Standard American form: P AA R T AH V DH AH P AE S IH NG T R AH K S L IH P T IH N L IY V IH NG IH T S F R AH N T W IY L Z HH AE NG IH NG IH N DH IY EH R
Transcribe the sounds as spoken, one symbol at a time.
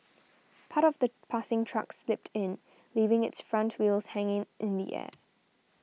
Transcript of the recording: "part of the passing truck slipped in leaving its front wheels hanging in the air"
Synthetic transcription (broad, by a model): P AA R T AH V DH AH P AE S IH NG T R AH K S L IH P T IH N L IY V IH NG IH T S F R AH N T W IY L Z HH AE NG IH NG IH N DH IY EH